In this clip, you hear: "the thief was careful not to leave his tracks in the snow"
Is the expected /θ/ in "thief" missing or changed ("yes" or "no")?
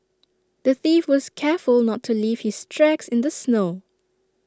no